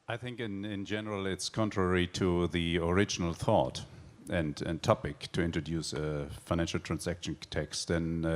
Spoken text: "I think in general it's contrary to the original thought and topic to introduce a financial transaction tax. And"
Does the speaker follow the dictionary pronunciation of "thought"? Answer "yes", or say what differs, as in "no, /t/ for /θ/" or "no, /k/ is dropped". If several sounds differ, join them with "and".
yes